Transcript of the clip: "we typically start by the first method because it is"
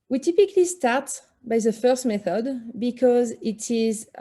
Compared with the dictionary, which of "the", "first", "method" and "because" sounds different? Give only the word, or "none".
none